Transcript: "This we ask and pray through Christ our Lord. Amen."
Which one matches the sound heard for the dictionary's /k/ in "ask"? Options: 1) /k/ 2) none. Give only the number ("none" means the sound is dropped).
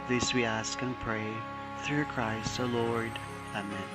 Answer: 1